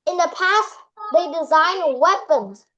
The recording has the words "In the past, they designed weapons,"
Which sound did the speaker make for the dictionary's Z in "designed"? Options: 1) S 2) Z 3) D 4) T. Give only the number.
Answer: 2